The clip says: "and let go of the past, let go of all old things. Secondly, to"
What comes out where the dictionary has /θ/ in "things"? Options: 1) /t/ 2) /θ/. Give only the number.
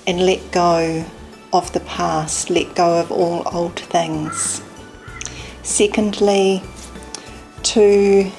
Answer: 2